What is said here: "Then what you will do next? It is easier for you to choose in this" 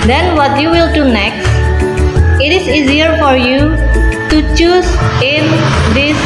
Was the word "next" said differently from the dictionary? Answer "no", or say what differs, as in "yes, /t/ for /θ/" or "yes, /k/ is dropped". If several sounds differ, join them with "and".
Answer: no